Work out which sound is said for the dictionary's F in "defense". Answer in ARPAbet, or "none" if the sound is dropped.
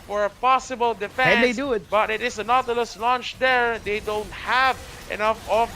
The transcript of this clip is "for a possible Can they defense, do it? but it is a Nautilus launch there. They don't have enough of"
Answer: none